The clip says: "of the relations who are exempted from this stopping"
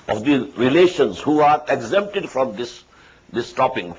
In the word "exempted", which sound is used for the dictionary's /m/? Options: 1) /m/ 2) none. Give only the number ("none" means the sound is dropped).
1